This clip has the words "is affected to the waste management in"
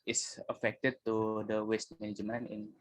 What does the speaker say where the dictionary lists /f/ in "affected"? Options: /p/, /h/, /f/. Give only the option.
/f/